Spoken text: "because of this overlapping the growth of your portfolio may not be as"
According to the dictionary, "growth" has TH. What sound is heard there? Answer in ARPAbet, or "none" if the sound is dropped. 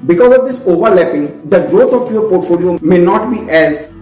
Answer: T